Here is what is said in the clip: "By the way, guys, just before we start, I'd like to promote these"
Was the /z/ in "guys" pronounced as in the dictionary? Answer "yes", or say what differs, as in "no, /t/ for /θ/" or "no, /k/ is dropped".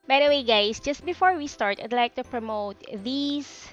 no, /s/ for /z/